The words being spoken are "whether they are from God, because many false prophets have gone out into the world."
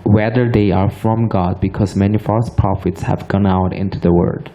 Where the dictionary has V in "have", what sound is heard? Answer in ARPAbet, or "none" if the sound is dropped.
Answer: V